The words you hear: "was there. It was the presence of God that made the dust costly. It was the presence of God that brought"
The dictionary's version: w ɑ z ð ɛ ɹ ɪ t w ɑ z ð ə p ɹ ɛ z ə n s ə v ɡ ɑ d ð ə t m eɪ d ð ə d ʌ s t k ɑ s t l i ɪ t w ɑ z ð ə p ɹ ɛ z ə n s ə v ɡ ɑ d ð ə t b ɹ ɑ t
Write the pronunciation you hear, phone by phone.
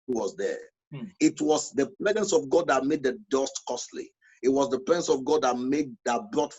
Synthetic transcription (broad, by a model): w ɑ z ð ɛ ɪ t w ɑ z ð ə p ɹ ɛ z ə n s ə v ɡ ɑ d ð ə t m eɪ d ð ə d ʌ s t k ɑ s t l i ɪ t w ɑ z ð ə p ɹ ɛ z ə n s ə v ɡ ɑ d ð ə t b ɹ ɑ t